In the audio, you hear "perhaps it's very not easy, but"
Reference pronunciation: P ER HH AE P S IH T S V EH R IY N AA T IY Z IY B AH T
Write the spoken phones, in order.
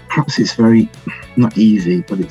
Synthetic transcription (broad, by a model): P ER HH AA P S IH T S V EH R IY N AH T IY Z IY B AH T